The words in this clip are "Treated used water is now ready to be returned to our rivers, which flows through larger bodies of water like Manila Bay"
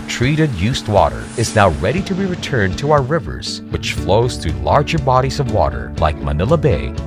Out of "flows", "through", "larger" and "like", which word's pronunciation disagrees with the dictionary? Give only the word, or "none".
none